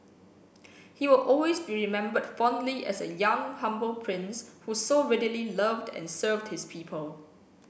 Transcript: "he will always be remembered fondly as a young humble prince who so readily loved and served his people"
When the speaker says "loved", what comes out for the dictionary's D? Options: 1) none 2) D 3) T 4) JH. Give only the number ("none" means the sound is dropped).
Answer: 2